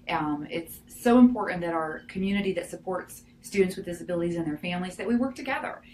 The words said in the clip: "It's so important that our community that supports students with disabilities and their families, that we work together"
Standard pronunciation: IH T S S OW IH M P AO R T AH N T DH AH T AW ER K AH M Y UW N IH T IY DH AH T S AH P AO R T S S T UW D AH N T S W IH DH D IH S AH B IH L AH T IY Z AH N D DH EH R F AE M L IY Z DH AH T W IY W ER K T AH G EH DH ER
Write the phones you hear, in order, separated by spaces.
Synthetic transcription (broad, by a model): IH T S S OW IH M P AO R T N DH AH T AW ER K AH M Y UW N IH T IY DH AH T S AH P AO R T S S T UW D N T S W IH DH D IH S AH B IH L AH T IY Z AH N DH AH R F AE M L IY Z DH AH T W IY W ER K T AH G EH DH ER